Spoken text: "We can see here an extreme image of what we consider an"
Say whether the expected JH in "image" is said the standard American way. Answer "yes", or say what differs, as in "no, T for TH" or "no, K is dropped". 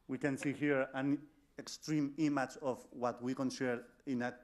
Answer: no, CH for JH